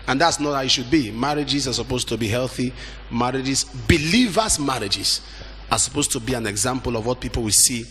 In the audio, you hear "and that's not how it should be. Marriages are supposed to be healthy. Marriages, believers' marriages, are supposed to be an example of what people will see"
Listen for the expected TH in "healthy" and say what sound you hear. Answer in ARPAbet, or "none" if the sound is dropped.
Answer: TH